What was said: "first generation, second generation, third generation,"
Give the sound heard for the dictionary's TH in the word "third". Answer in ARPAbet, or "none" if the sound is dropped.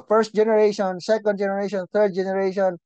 T